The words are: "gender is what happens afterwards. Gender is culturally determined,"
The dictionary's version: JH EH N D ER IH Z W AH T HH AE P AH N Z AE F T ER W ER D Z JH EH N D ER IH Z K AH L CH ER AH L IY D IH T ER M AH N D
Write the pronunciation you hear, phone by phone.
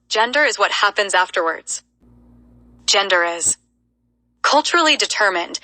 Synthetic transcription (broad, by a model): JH EH N D ER IH Z W AH T HH AE P AH N Z AE F T ER W ER D Z JH EH N D ER IH Z K AH L CH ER L IY D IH T ER M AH N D